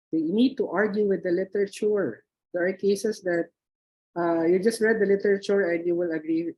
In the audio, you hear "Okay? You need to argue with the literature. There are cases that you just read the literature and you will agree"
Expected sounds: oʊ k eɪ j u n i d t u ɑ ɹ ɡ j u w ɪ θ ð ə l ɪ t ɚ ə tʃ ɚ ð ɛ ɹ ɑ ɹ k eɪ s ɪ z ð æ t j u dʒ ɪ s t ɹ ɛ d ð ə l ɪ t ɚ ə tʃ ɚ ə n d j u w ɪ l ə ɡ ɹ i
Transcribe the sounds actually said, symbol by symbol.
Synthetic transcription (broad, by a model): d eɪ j n i d t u ɑ ɹ ɡ j u w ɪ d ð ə l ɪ t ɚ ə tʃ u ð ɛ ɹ ɑ ɹ k eɪ s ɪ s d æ t j u dʒ ɪ s t ɹ ɛ d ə l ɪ t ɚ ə tʃ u ə n d j u w ɪ l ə ɡ ɹ i